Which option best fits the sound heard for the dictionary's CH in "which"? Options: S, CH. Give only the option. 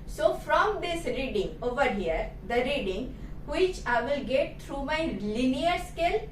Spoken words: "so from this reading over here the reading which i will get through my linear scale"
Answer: CH